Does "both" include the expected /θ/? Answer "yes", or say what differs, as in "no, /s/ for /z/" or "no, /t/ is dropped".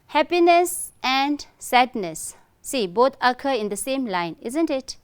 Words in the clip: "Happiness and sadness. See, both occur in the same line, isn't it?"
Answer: no, /t/ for /θ/